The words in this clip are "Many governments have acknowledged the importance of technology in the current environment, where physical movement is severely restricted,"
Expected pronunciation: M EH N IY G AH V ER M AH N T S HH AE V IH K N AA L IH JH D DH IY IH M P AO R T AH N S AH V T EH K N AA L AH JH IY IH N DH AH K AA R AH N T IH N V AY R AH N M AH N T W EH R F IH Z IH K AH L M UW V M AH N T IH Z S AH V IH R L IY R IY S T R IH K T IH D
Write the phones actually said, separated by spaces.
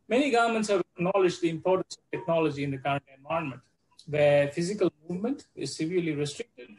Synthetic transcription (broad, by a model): M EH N IY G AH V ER M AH N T S HH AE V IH K N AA L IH JH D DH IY IH M P AO R T AH N S AH V T EH K N AA L AH JH IY IH N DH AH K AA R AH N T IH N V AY AH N M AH N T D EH F IH Z IH K AH L M UW V M AH N T IH Z S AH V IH R L IY R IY S T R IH K T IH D